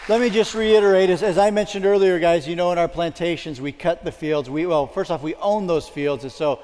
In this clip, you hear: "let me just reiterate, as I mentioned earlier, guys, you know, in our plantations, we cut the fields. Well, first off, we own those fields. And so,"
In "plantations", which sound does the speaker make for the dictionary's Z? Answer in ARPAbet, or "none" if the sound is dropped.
Z